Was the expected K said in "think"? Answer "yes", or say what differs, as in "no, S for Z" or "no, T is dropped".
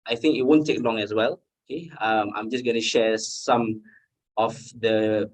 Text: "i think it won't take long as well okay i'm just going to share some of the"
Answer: yes